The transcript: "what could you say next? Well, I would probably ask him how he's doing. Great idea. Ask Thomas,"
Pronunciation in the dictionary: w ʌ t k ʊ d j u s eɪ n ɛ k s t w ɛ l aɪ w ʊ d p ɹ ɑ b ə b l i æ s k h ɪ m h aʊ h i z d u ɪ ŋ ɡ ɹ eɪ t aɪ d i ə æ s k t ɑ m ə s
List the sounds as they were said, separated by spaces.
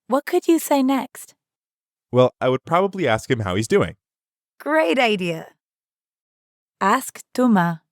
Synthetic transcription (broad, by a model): w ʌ t k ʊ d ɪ s eɪ n ɛ k s t w ɛ l aɪ w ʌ d p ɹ ɑ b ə b l i æ s k h ɪ m h aʊ h i z d u ɪ ŋ ɡ ɹ eɪ t aɪ d i ə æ s k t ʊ m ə